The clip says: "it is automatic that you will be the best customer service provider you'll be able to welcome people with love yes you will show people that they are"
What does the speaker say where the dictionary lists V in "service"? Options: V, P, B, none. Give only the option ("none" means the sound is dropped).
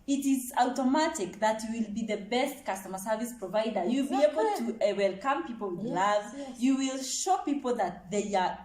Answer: V